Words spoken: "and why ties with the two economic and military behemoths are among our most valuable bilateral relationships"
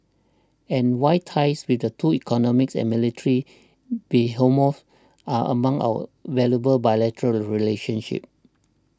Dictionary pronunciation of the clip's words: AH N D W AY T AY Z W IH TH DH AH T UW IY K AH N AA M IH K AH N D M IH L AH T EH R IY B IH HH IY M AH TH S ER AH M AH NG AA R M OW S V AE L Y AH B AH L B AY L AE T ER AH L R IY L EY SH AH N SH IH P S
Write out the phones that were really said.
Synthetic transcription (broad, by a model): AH N W AY T AY S W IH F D AH T UW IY K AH N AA M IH K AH N M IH L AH T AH R IY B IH HH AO M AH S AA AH M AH NG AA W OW V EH L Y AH B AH L B AY L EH T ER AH L R IY L EY SH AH N SH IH P